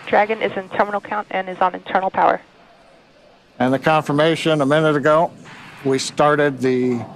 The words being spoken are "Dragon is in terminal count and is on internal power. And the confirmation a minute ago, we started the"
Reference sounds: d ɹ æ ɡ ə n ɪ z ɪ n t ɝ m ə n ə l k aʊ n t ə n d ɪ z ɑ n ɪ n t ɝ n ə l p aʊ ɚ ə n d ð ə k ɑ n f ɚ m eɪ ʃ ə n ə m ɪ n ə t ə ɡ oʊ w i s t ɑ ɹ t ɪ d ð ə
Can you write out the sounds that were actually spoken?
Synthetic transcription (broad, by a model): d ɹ æ ɡ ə n ɪ z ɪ n t ɝ m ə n l k aʊ n t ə n ɪ z n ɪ n t ɝ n l p aʊ ɚ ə n ð ə k ɑ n f ɚ m eɪ ʃ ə n ə m ɪ n ə t ə ɡ oʊ w i s t ɑ ɹ t ɪ d ð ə